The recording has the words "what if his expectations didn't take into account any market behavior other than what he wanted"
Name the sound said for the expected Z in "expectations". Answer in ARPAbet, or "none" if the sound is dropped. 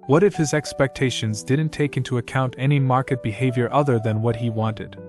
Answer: Z